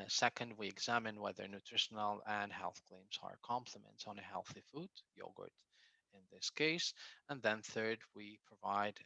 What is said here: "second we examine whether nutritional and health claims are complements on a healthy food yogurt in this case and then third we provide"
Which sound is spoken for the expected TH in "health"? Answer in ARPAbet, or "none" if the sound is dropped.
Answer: TH